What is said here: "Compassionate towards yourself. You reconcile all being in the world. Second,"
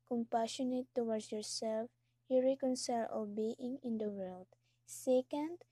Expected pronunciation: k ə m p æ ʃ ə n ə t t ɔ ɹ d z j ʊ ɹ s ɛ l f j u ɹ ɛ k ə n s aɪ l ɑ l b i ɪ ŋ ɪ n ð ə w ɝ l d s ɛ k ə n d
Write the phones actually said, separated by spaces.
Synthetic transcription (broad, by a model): k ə m p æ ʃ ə n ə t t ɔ w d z j ʊ ɹ s ɛ l f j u ɹ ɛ k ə n s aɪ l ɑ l b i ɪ ŋ ɪ n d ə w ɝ l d s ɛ k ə n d